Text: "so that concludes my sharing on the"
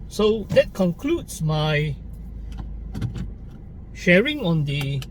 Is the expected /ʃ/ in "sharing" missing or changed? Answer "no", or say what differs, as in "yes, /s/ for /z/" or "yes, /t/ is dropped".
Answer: no